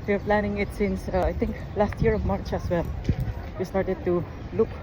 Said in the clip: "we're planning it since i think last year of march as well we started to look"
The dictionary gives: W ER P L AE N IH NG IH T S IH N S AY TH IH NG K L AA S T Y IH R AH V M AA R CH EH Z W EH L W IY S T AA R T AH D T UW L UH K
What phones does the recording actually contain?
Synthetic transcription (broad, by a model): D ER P L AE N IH NG IH T S IH N S AY T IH NG K L AA S T Y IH R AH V M AA R CH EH S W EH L W IY S T AA R T AH D T UW L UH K